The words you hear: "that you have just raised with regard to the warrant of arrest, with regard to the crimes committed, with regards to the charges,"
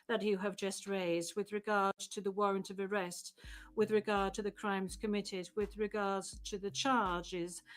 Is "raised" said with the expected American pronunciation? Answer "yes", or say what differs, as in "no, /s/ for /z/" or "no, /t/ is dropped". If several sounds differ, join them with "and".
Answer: yes